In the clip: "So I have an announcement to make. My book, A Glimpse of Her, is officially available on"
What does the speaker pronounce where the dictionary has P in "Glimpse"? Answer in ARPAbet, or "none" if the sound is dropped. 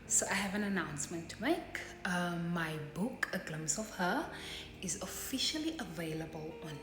none